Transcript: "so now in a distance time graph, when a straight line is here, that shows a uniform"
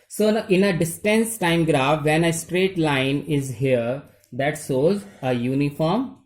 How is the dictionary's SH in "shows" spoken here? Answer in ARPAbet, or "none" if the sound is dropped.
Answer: S